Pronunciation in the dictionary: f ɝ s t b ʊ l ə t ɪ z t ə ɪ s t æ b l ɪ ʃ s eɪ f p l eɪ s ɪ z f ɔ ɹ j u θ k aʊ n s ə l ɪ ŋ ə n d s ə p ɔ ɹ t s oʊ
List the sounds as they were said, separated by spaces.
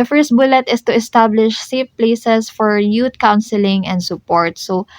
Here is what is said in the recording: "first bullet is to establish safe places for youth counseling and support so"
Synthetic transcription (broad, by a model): f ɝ s t b ʊ l ə t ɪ s t ə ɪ s t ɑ b l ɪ ʃ s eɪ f p l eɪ s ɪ s f ɔ ɹ j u t k aʊ n s ə l ɪ ŋ ə n d s ə p ɔ ɹ t s oʊ